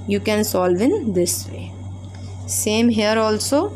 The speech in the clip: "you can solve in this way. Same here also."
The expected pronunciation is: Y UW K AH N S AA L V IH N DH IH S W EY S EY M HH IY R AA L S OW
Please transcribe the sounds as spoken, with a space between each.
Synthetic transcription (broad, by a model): Y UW K AH N S AA L V IH N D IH S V EY S EY M HH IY R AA L S OW